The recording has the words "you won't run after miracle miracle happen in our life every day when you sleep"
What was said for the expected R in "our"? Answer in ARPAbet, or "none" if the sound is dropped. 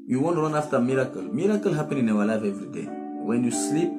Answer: W